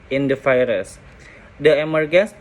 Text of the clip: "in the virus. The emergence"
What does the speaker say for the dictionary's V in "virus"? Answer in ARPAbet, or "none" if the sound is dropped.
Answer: F